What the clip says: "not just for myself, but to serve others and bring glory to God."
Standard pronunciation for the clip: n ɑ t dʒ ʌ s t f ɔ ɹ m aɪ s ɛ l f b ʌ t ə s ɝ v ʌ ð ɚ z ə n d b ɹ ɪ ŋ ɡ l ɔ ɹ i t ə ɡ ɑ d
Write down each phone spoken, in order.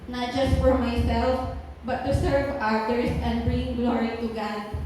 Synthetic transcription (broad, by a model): n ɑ t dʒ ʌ s t f ɔ ɹ m aɪ s ɛ l f b ʌ t ə s ɝ v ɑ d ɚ s ə n d b ɹ ɪ ŋ ɡ l ɔ ɹ i t ə ɡ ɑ d